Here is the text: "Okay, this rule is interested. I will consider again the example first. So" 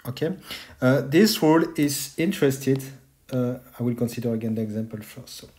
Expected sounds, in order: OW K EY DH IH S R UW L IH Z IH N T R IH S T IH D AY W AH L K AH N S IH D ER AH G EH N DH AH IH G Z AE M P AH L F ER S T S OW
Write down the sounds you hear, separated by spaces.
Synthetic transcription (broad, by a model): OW K EY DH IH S W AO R IH Z IH N T R IH S T IH D AY W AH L K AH N S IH D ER AH G EH N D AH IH G Z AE M P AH L F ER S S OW